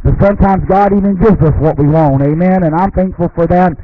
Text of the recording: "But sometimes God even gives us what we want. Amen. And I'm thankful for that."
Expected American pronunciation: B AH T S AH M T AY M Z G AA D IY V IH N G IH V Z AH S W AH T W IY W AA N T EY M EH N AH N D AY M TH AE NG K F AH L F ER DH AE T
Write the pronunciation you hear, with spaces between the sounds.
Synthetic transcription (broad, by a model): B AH T S AH M T AY M Z G AA D IY V IH N G IH V Z AH S W AH T W IY W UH N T EY M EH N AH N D AY M TH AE NG K F L F ER DH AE T